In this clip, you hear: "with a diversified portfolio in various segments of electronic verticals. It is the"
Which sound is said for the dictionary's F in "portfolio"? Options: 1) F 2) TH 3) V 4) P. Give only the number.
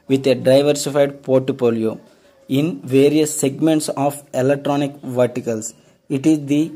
4